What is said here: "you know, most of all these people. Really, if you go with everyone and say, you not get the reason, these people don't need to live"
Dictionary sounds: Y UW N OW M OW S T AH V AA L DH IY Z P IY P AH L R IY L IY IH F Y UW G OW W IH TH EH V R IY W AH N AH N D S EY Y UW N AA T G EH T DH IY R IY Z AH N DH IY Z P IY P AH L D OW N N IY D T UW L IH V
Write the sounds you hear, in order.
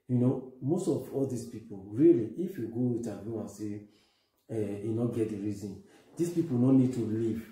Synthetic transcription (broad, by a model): Y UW N OW M OW S T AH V AA L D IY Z P IY P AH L R IY L IY IH F Y UW G OW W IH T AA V IY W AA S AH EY N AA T G EH T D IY R IY Z AH N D IY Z P IY P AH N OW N N IY D T UW L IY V